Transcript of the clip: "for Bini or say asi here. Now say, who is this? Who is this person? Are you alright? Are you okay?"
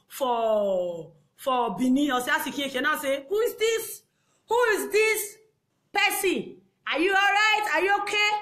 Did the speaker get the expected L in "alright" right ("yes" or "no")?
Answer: yes